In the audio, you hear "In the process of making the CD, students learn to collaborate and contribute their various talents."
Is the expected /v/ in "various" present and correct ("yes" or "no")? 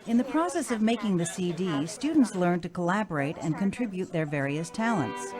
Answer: yes